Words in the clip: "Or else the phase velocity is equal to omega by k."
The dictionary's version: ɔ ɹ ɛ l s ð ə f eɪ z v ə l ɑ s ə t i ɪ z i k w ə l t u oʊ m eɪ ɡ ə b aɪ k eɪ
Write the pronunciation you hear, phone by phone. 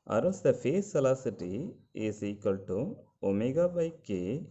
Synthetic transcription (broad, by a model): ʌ ɹ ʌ s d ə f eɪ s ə l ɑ s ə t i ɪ s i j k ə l t u oʊ m eɪ ɡ ə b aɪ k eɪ